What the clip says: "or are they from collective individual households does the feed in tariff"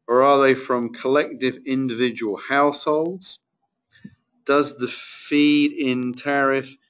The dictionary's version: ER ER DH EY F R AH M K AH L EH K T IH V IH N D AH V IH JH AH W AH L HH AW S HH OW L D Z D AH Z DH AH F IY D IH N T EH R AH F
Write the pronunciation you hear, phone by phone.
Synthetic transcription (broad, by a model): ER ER DH EY F R AH M K AH L EH K T IH V IH N D AH V IH JH AH W AH L HH AW S HH OW L D Z D AH Z DH AH F IY D IH N T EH R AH F